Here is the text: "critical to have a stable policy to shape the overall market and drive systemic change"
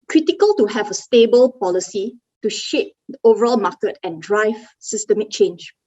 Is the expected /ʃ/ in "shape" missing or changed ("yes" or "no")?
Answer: no